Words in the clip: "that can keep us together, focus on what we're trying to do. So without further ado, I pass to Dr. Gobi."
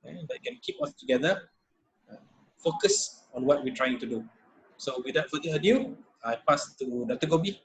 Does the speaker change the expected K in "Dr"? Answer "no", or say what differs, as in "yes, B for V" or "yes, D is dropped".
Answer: yes, K is dropped